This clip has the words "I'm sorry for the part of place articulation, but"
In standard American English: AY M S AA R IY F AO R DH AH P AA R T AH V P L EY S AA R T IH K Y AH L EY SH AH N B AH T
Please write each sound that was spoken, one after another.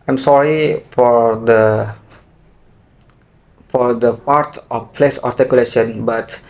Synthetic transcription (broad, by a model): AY M S AA R IY F AO R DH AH F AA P T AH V P L EY S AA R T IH K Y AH L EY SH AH N B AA T